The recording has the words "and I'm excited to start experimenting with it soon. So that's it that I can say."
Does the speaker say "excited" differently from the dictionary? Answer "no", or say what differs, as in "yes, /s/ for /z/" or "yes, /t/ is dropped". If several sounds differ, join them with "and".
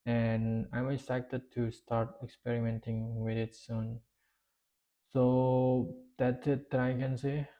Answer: yes, /k/ is dropped